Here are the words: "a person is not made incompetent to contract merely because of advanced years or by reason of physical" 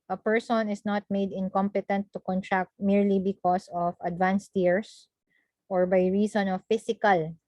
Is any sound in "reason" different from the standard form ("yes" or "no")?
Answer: yes